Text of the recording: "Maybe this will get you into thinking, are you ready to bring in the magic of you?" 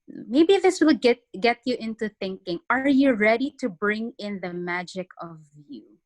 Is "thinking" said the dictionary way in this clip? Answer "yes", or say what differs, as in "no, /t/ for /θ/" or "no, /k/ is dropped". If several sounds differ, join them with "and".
yes